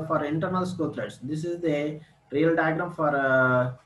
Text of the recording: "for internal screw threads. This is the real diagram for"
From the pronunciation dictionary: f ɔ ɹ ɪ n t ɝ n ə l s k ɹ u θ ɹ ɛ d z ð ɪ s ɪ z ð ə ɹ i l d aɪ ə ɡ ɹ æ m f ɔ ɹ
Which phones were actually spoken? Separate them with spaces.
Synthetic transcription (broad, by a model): f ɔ ɹ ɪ n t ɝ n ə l s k u t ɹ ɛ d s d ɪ s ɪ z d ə ɹ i l d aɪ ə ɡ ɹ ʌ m f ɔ ɹ